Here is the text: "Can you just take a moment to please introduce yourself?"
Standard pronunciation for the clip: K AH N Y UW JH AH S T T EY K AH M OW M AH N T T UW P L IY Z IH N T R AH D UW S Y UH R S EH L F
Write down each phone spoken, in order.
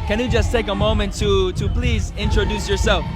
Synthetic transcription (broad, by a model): K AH N Y UW JH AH S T T EY K AH M OW M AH N T T UW P L IY Z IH N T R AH D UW S Y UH R S EH L F